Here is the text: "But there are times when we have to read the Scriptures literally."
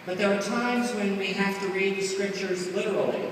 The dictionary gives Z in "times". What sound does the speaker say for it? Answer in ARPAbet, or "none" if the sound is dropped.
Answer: Z